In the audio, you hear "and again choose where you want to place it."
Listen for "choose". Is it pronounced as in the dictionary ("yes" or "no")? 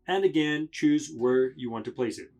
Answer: yes